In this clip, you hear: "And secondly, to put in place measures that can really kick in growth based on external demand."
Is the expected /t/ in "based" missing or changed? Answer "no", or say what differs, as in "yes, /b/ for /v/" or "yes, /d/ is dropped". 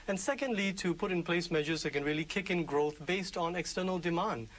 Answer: no